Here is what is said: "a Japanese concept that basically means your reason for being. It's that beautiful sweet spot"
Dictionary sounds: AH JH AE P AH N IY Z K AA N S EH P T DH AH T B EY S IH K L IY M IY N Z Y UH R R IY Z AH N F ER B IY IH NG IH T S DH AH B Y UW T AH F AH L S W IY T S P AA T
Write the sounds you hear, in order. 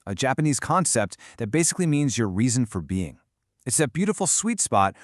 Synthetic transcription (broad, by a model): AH JH AE P AH N IY Z K AA N S EH P T DH AH T B EY S IH K L IY M IY N Z Y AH R R IY Z AH N F ER B IY IH NG IH T S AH B Y UW T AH F L S W IY T S P AA T